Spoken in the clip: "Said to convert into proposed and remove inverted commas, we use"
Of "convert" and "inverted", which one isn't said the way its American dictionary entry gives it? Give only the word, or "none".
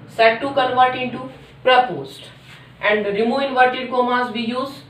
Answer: none